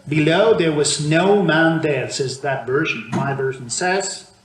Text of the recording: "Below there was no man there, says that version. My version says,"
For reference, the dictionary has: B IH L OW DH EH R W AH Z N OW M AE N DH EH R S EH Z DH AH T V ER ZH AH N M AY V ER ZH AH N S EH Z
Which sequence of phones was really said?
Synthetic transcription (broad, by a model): B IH L OW DH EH R W AH Z N OW M AE N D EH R S EH Z DH AH T V ER ZH AH N M AY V ER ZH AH N S EH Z